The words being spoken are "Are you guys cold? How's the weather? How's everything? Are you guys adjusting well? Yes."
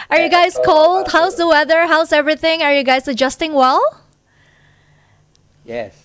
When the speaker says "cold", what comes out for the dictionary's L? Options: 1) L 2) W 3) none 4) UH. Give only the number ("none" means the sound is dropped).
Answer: 1